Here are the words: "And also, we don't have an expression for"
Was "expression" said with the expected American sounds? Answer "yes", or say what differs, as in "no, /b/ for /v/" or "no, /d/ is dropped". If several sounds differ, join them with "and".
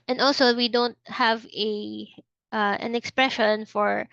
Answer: yes